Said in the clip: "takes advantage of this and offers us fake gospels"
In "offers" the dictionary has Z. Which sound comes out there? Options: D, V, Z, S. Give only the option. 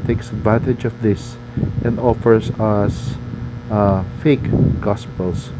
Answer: S